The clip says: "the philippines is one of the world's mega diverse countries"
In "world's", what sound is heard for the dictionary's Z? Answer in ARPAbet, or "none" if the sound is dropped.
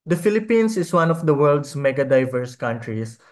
S